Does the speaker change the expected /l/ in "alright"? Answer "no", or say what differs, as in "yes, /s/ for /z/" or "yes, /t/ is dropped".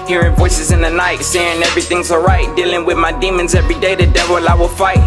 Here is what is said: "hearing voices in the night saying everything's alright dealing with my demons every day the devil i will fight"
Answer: yes, /l/ is dropped